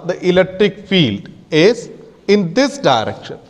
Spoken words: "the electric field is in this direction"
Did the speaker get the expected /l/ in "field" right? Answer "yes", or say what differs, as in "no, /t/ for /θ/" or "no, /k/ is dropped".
yes